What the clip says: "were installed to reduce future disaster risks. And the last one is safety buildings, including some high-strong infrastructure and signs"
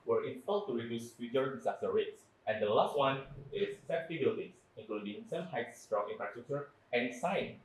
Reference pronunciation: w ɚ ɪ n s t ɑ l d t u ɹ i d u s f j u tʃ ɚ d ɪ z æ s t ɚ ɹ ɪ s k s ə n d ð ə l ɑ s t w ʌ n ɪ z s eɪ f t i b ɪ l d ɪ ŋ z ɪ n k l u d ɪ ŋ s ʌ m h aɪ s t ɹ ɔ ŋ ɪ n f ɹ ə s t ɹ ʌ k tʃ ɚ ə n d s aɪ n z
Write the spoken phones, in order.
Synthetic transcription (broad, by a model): w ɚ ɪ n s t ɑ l t u ɹ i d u s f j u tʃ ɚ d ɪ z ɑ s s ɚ ɹ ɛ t s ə n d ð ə l ɑ s t w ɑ n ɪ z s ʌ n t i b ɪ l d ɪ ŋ s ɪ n k l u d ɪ ŋ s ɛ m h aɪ s t ɹ ɔ ŋ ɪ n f ɹ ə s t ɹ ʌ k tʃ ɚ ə n s aɪ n